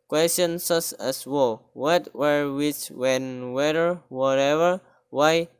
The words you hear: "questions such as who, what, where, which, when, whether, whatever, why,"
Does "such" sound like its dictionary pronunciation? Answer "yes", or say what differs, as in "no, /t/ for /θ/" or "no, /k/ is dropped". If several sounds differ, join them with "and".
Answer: no, /s/ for /tʃ/